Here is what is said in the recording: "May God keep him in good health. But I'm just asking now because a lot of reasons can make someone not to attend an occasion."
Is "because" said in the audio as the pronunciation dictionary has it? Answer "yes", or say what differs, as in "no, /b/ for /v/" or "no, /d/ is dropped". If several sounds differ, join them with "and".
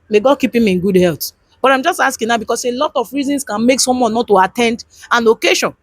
no, /s/ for /z/